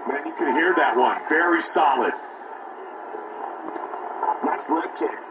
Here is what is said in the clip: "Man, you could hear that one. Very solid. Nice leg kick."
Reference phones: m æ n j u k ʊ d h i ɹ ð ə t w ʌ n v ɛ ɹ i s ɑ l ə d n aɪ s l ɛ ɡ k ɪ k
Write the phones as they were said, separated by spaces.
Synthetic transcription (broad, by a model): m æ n j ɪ k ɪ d h i ɹ ð ə t w ʌ n v ɛ ɹ i s ɑ l ə d l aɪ s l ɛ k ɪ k